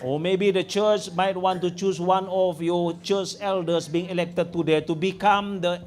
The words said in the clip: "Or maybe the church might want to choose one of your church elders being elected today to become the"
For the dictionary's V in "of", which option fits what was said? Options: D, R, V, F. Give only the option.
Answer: F